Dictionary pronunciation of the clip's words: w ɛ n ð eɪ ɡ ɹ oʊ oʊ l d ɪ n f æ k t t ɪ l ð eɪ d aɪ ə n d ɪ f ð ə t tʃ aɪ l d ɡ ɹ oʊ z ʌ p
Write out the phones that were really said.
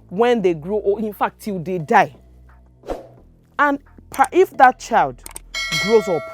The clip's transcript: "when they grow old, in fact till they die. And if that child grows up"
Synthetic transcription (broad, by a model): w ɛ n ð eɪ ɡ ɹ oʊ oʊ ɪ n f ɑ k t t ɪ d eɪ d aɪ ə n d ɪ f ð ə t tʃ aɪ l d ɡ ɹ oʊ z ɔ p